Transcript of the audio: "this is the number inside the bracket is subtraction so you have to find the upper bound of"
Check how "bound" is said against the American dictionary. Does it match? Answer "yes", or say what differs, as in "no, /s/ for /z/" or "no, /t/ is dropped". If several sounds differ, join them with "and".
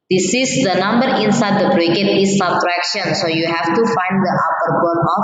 no, /d/ is dropped